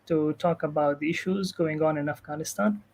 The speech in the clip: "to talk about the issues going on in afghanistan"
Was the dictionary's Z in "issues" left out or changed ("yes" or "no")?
no